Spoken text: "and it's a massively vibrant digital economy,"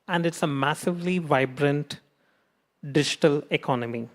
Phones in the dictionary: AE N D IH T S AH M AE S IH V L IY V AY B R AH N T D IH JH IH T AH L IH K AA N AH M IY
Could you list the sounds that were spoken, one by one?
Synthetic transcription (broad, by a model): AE N D IH T S AH M AE S IH V L IY V AY B R AH N T D IH JH IH T AH L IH K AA N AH M IY